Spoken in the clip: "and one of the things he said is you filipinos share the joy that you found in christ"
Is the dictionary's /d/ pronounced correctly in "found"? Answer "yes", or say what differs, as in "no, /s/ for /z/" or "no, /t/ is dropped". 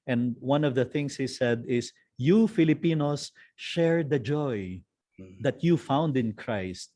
yes